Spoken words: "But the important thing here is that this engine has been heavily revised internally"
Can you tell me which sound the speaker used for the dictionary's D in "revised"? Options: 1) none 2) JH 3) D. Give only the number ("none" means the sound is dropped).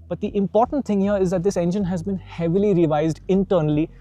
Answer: 3